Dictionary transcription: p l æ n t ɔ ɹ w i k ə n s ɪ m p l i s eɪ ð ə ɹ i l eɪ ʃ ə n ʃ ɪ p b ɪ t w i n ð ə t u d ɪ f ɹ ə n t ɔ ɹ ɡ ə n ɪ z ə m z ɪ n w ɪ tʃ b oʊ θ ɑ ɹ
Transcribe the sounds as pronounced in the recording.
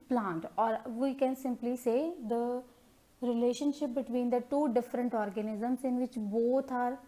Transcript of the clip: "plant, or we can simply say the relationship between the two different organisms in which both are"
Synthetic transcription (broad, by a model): p l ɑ n t ɔ ɹ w i k ə n s ɪ m p l i s eɪ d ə ɹ i l eɪ ʃ ə n ʃ ɪ p b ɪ t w i n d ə t u d ɪ f ɹ ə n t ɔ ɹ ɡ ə n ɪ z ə m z ɪ n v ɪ tʃ b oʊ t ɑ ɹ